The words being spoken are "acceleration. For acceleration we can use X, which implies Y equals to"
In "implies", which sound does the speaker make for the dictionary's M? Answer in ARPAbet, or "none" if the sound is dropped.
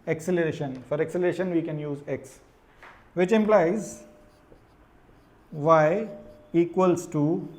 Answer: M